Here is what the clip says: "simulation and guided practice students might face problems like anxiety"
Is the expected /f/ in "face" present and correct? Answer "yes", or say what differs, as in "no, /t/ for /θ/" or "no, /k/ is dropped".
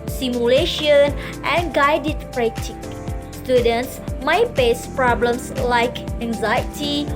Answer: no, /p/ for /f/